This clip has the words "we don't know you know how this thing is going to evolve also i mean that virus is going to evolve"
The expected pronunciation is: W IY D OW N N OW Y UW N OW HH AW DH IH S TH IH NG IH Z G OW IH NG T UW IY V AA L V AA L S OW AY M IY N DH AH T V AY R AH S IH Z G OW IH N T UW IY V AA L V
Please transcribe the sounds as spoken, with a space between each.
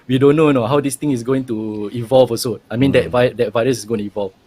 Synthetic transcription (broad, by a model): W IY D OW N N OW N OW HH AW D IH S T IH NG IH S G OW IH NG T UW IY V AA L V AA S OW AY M IY N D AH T V AY R AH S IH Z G OW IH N T UW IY V AA L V